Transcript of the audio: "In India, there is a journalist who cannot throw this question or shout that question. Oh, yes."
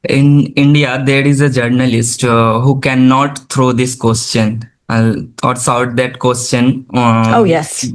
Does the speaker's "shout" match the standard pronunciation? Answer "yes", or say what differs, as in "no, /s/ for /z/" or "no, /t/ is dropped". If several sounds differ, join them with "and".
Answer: no, /s/ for /ʃ/